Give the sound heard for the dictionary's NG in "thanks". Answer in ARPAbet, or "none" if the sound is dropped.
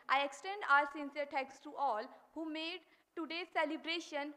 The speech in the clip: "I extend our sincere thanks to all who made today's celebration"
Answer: none